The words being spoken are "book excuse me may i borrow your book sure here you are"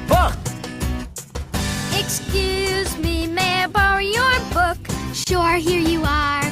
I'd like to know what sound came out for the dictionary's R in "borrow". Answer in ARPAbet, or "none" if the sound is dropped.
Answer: none